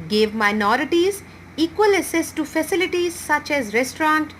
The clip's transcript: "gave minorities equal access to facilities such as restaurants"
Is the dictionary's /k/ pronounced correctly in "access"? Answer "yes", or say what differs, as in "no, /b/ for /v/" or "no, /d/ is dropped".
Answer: no, /k/ is dropped